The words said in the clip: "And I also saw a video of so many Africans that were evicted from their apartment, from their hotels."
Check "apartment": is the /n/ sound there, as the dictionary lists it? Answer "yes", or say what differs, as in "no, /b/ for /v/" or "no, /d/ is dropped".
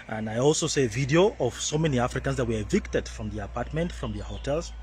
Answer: yes